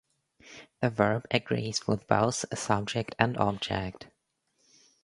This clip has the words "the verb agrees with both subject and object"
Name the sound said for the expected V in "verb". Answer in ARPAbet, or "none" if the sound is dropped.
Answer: V